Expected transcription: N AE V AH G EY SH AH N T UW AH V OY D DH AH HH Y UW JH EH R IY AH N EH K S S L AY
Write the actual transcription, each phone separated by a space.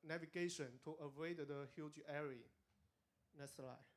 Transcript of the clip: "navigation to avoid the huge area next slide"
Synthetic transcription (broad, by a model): N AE V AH G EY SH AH N T UW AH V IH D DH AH HH Y UW JH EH R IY N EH S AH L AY